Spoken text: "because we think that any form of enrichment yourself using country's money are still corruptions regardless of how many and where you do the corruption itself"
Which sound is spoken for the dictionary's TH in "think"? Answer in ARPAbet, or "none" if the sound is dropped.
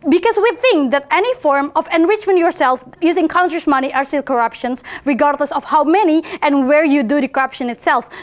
TH